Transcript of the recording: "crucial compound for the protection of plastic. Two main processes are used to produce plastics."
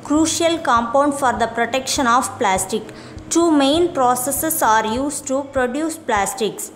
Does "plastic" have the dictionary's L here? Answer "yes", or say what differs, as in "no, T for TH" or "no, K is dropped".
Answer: yes